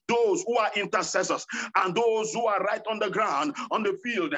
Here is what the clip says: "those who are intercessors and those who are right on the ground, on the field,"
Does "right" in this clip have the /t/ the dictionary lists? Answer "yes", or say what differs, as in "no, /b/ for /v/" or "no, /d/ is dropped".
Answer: yes